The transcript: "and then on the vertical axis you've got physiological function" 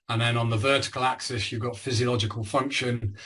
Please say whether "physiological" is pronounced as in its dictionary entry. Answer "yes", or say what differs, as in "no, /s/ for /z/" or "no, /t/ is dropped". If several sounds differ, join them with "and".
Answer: yes